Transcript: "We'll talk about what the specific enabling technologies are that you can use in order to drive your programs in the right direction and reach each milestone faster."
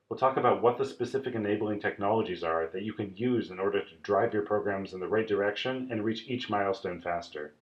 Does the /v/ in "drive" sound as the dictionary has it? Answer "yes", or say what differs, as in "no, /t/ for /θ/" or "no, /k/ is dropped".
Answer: yes